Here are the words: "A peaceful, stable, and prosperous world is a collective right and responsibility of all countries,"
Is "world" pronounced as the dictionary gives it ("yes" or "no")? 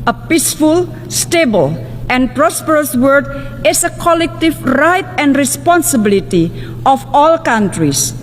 no